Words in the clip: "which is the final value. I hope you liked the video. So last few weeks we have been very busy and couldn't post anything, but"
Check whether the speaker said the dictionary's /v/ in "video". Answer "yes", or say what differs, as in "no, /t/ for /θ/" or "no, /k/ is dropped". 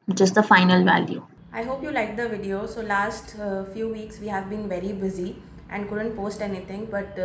yes